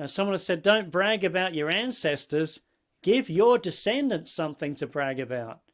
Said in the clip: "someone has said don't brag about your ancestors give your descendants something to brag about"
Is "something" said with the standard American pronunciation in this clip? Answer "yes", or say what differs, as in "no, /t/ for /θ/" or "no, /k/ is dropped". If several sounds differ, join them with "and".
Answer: yes